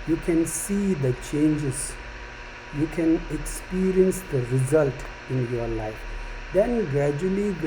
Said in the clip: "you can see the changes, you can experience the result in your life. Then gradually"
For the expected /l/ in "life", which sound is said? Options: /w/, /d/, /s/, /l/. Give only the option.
/l/